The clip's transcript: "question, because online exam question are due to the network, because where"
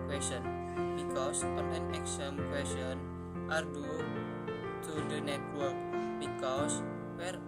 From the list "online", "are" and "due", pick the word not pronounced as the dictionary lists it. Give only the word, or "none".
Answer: online